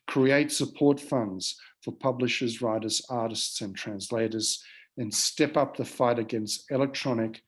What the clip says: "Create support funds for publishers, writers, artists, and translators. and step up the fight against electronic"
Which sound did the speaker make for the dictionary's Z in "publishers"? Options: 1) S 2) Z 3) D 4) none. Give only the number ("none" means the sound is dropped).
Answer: 2